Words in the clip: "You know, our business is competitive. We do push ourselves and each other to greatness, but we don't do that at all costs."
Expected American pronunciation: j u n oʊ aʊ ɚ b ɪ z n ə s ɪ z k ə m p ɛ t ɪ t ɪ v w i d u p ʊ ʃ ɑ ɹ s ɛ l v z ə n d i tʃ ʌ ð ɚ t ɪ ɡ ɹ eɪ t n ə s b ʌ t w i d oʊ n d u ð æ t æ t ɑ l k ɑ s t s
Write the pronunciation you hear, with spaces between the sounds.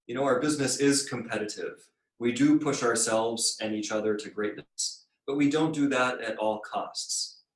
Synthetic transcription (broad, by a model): j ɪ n oʊ aʊ ɚ b ɪ z n ə s ɪ z k ə m p ɛ t ɪ t ɪ v w i d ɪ p ʊ ʃ ɑ ɹ s ɛ l v z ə n i tʃ ʌ ð ɚ t ɪ ɡ ɹ eɪ t n ə s b ʌ t w i d oʊ n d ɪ ð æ t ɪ t ɑ l k ɑ s t s